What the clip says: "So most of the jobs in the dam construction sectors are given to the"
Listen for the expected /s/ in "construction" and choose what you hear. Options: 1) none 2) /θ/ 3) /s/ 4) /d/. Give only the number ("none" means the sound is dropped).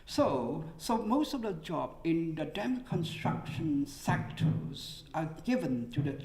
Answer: 3